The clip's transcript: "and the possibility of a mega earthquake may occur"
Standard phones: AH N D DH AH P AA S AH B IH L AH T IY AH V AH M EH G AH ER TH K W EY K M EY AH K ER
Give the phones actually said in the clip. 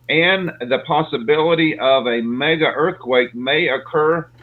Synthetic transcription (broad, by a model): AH N DH AH P AA S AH B IH L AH T IY AH V AH M EH G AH ER TH K W EY K M EY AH K ER